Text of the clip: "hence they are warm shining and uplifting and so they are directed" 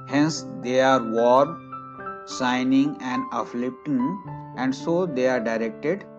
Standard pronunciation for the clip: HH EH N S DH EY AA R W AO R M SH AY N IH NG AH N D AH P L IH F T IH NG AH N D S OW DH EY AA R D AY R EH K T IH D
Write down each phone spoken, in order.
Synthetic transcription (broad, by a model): HH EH N S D EY AA R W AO R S AY N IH NG AH N D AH F L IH P T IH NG AH N D S OW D EY AA R D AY R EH K T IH D